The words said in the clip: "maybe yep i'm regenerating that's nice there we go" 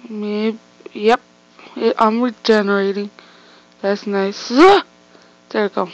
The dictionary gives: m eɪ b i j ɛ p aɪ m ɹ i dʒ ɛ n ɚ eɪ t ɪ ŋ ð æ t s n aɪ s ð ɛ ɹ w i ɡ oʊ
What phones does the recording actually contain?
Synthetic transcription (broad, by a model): m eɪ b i j ɛ p aɪ m ɹ i dʒ ɛ n ɚ eɪ t ɪ ŋ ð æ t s n aɪ s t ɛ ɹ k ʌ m